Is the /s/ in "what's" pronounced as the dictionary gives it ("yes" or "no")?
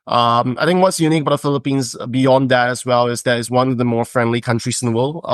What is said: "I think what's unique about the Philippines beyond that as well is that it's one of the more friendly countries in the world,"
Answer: yes